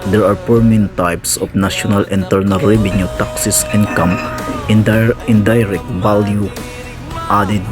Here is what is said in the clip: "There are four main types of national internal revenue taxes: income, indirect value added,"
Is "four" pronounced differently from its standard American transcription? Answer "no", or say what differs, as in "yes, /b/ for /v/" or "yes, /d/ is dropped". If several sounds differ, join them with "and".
yes, /p/ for /f/